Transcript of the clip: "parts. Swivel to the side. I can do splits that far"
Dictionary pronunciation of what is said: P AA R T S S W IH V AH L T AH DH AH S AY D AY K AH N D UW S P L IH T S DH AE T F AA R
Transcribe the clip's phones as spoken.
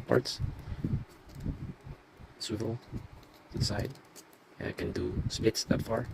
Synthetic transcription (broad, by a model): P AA R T S S W IH V AH L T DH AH S AY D AY K AH N D UW S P IH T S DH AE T F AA R